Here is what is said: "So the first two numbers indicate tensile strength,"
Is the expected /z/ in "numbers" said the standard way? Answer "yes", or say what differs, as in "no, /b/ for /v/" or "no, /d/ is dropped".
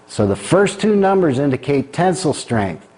yes